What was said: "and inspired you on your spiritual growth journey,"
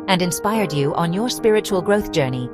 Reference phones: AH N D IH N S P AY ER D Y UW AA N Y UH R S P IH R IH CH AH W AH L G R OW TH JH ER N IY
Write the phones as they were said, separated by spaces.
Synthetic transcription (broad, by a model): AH N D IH N S P AY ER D Y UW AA N Y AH R S P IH R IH CH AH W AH L G R OW TH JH ER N IY